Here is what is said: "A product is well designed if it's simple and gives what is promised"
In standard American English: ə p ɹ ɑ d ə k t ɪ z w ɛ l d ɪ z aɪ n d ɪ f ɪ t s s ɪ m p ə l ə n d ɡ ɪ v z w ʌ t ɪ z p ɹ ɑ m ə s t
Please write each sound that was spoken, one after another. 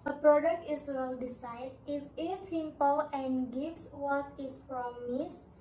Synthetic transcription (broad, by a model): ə p ɹ ɑ d ə k t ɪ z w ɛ l d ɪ s aɪ d ɪ f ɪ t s s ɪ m p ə l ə n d ɡ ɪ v s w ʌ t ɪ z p ɹ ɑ m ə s